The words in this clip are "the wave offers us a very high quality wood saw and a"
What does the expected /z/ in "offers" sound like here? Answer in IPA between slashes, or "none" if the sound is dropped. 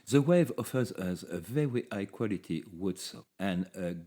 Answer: /z/